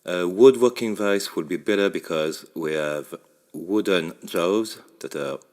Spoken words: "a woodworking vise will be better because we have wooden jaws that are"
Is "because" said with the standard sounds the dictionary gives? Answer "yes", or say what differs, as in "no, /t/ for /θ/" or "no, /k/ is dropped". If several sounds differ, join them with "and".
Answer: yes